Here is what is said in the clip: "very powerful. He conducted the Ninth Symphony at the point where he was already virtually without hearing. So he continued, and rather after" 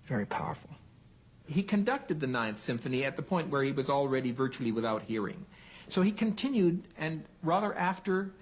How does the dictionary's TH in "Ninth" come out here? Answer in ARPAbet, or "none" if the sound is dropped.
TH